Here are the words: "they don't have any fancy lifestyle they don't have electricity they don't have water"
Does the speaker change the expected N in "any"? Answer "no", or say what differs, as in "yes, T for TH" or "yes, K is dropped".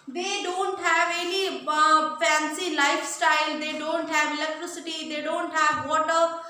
yes, L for N